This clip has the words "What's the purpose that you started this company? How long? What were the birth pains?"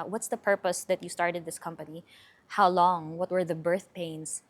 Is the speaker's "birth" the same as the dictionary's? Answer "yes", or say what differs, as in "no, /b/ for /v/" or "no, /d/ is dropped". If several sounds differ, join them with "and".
yes